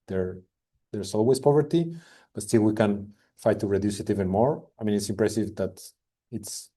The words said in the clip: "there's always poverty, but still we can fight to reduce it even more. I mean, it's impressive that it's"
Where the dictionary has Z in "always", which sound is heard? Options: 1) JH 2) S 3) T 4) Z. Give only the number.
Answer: 2